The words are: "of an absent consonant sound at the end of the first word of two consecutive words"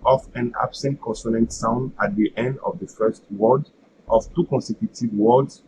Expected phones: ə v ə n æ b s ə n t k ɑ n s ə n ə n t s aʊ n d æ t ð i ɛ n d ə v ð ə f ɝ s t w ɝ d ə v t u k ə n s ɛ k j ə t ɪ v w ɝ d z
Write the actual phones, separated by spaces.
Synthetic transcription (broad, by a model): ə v ə n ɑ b s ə n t k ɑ n s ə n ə n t s aʊ n d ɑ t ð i ɛ n d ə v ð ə f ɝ s t w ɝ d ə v t u k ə n s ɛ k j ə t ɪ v w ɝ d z